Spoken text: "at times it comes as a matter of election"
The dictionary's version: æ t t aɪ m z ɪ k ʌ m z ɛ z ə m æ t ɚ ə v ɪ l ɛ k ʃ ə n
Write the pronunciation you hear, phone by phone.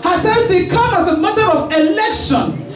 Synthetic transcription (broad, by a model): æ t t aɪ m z ɪ k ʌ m ɑ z ə m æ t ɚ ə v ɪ l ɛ k ʃ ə n